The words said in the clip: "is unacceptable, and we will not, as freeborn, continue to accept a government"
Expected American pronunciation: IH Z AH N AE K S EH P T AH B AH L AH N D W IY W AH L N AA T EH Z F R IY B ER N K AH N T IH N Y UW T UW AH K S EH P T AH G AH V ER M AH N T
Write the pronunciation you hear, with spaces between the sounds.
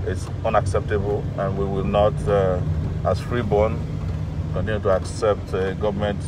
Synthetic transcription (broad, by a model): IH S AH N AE K S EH P T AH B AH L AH N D W IY W AH L N AA T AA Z F R IY B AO N K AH N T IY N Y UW T UW AH K S EH P T G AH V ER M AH N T